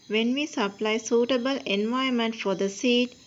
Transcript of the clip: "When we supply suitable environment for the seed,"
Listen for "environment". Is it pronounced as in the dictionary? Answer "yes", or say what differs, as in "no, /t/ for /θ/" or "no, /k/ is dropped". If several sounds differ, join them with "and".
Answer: no, /ɹ/ is dropped and /n/ is dropped